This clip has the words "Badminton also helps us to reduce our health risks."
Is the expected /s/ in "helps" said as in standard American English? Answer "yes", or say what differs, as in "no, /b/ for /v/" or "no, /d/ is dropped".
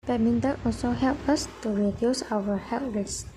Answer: no, /s/ is dropped